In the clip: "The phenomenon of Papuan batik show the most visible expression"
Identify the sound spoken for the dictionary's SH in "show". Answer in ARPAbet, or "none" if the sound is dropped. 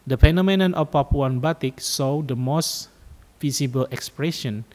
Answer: S